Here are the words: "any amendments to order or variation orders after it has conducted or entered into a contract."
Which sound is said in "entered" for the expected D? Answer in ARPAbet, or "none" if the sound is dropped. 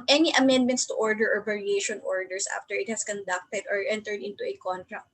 D